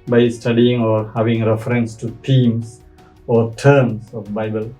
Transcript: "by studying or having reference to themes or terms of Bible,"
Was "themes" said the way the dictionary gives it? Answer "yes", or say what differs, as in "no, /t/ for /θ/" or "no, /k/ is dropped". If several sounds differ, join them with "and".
no, /t/ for /θ/ and /s/ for /z/